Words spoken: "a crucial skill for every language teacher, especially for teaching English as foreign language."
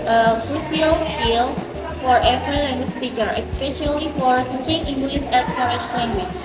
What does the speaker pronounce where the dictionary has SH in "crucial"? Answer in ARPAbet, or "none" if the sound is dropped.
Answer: S